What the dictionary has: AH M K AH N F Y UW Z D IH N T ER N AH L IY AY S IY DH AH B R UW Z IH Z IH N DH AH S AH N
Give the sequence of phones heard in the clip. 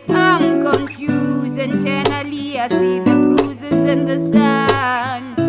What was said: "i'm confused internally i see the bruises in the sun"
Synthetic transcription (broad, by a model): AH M K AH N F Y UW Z IH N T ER N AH L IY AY S IY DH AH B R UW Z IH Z IH N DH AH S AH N